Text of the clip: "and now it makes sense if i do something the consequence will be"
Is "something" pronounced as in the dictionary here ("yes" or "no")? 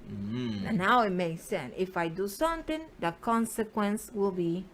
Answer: no